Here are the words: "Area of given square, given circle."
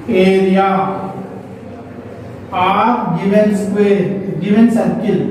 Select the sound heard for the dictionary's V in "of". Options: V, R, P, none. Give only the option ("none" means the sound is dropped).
P